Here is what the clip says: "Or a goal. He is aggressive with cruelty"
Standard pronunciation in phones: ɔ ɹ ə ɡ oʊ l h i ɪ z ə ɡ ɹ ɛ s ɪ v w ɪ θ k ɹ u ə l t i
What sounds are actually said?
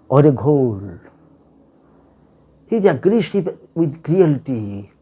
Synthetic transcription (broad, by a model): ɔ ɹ ə ɡ oʊ l h i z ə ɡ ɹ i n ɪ p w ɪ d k ɹ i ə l t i